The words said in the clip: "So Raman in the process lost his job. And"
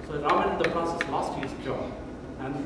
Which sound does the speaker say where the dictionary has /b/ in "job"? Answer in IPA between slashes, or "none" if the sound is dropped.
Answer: none